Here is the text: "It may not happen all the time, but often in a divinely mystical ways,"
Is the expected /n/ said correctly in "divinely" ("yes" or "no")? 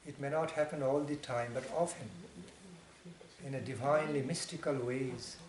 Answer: yes